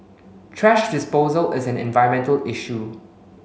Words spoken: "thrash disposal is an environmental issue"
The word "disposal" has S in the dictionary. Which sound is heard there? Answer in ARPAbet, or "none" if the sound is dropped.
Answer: S